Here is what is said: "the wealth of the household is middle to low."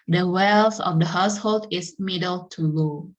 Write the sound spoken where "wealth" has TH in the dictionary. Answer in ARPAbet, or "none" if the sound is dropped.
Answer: S